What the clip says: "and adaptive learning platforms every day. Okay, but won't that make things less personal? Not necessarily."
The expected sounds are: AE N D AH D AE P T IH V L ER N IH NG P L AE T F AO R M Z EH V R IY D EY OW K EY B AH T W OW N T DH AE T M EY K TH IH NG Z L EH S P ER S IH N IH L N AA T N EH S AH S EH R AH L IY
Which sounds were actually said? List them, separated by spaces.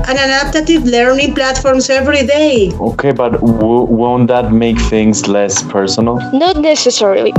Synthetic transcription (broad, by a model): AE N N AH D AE T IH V L ER N IH NG P L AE T F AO R M S EH V R IY D EY OW K EY B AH T W OW N T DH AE T M EY K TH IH NG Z L EH S P ER S IH N IH L N AA T N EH S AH S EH R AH L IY